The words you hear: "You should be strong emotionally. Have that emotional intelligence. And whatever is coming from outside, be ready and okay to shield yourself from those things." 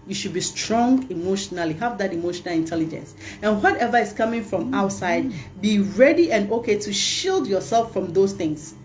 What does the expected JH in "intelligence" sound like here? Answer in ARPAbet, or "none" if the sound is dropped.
JH